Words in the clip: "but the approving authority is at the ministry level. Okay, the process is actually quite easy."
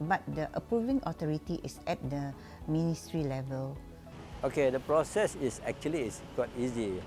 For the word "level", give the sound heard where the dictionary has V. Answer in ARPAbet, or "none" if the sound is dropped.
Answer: V